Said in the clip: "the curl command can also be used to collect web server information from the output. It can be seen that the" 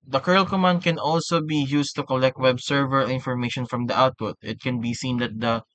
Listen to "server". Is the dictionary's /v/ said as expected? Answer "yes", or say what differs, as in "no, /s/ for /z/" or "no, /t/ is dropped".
yes